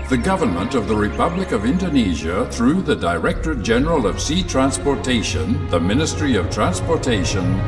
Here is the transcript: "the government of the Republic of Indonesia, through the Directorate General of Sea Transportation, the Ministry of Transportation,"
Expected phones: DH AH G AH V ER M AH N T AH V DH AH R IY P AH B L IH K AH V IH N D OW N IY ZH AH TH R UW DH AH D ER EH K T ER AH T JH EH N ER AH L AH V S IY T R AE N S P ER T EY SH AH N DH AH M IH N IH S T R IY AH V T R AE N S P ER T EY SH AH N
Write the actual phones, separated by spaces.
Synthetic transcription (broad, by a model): DH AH G AH V ER M AH N T AH V DH AH R IY P AH B L IH K AH V IH N D OW N IY ZH AH TH R UW DH AH D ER EH K T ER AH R JH EH N ER AH L AH V S IY T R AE N S P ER T EY SH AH N DH AH M IH N IH S T R IY AH V T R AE N S P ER T EY SH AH N